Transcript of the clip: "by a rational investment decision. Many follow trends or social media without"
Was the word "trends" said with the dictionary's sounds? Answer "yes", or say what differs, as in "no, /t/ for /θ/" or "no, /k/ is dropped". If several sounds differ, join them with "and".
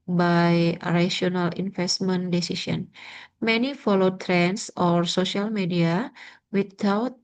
no, /s/ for /z/